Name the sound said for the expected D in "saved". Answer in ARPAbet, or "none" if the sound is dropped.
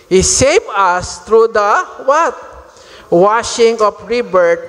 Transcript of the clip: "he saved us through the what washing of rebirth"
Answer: none